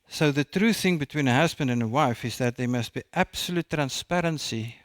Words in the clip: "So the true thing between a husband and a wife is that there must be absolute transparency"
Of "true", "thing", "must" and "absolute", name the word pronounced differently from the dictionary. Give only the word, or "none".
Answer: none